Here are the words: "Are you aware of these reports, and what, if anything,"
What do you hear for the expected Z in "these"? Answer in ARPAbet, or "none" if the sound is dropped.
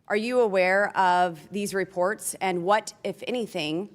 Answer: Z